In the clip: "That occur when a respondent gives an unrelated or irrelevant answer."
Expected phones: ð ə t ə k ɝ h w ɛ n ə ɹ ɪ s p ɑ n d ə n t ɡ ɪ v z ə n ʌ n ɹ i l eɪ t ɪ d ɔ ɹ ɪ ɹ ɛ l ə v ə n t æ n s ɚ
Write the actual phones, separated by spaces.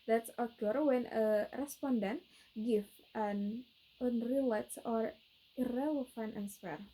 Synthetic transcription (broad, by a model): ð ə t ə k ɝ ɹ w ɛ n ə ɹ ɪ s p ɑ n d ə n t ɡ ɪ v ə n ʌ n ɹ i l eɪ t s ɔ ɹ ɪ ɹ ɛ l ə f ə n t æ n s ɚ